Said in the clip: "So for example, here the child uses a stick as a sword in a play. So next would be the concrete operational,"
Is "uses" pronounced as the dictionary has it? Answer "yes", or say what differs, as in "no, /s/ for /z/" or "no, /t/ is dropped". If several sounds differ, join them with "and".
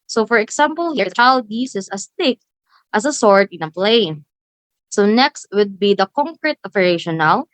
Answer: no, /s/ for /z/